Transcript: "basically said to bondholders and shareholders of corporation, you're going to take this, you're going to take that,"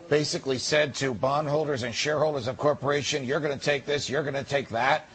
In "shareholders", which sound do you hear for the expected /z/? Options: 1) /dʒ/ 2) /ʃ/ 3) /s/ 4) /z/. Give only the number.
4